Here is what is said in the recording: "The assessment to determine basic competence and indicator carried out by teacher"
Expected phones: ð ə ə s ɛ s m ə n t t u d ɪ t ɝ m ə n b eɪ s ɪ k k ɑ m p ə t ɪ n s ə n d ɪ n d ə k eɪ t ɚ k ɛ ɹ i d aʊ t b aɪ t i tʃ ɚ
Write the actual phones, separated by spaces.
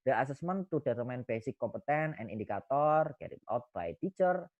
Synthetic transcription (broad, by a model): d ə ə s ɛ s m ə n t t u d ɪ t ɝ m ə n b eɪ s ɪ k k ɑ m p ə t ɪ n ə n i n d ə k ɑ t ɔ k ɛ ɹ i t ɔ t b aɪ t i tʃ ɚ